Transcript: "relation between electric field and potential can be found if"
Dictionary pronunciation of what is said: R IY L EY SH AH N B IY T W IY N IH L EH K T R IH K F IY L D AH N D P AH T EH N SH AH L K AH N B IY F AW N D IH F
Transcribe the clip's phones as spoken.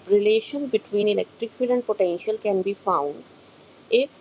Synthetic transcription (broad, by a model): R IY L EY SH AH N B IY T W IY N IH L EH K T R IH K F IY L AH N D P AH T EH N SH AH L K AH N B IY F AW N D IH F